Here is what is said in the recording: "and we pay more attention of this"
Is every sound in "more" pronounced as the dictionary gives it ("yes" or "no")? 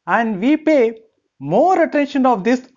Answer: yes